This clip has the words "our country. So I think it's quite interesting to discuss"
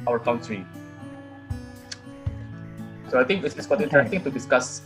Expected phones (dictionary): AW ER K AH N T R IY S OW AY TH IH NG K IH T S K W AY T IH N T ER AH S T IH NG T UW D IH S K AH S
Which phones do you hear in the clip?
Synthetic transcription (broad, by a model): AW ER K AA N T R IY S OW AY T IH NG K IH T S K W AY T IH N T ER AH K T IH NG T UW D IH S K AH S